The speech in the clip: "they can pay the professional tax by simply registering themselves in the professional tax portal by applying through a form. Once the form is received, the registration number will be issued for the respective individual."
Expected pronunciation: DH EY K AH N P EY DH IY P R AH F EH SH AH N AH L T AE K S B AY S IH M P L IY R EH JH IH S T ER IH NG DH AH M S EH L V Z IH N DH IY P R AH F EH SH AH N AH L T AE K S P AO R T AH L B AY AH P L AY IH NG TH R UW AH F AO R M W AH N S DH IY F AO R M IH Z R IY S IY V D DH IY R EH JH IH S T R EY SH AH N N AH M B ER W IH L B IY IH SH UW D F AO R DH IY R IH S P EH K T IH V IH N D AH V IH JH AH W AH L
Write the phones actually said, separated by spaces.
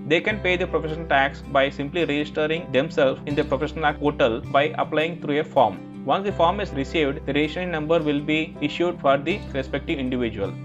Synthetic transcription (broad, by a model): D EY K AH N P EY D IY P R AH F EH SH AH N AH L T AE K S B AY S IH M P L IY R EH JH IH S T ER IH NG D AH M S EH L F IH N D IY P R AH F EH SH AH N AH L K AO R T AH L B AY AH P L AY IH NG T R UW AH F AO R M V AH N S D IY F AO R M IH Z R IY S IY V D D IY R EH SH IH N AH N N AH M B ER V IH L B IY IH SH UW D F AO R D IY R IH S P EH K T IH V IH N D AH V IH JH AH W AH L